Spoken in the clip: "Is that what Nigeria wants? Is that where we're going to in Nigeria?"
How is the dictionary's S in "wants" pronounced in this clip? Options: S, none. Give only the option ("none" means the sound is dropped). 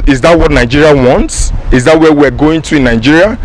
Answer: S